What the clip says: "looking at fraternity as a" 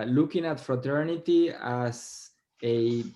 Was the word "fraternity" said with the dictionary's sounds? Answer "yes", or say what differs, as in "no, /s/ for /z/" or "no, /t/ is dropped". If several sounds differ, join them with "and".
yes